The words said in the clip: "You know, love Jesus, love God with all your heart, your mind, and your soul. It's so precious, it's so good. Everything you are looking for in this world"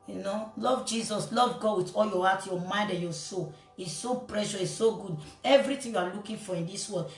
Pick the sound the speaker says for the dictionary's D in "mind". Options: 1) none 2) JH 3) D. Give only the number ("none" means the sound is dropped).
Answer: 3